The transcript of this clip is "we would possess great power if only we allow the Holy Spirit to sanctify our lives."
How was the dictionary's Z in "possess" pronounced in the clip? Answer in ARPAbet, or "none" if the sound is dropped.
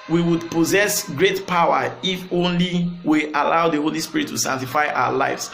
Z